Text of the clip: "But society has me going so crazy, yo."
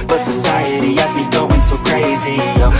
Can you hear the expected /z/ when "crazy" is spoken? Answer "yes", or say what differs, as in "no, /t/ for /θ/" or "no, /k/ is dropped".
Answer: yes